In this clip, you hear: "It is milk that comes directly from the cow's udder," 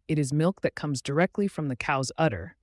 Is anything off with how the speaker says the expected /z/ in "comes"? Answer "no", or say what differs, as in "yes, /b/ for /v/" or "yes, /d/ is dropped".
no